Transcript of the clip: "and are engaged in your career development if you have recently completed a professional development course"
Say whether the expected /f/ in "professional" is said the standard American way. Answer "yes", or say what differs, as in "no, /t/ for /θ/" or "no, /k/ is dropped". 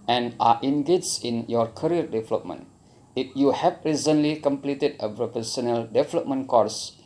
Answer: no, /p/ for /f/